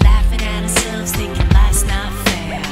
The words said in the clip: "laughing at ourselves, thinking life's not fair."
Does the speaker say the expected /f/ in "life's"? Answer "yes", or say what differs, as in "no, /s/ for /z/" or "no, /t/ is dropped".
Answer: no, /f/ is dropped